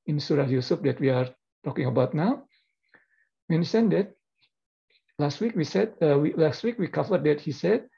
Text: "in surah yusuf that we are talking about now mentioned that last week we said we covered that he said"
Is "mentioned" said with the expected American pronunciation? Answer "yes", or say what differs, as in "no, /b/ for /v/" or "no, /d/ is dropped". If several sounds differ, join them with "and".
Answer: no, /s/ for /ʃ/